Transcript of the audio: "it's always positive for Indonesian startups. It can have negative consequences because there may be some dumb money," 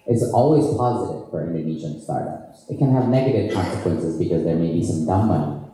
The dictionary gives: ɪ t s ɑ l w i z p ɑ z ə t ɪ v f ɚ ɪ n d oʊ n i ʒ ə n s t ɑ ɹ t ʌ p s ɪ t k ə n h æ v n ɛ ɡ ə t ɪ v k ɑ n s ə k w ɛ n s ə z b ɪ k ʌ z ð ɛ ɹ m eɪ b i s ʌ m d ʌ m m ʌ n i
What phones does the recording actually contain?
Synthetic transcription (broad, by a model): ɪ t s ɑ l w i z p ɑ z ə t ɪ v f ɚ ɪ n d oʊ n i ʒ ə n s t ɑ ɹ t ʌ p s ɪ t k ə n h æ v n ɛ ɡ ə t ɪ v k ɑ n s ə k w ɛ n s ə z b ɪ k ʌ z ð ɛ ɹ m eɪ b i s ʌ m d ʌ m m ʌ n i